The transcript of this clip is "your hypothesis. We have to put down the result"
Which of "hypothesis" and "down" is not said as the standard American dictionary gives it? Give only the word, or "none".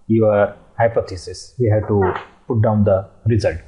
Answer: hypothesis